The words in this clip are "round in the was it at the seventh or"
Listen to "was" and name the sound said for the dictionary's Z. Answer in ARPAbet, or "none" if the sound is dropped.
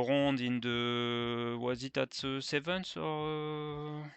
Z